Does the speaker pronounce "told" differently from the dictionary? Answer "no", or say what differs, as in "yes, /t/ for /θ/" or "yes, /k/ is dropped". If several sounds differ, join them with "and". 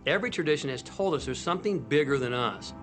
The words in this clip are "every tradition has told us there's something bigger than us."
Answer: no